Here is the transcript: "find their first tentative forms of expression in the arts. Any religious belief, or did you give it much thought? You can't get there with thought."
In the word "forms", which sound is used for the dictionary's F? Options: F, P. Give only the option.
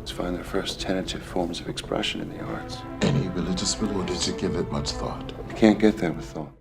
F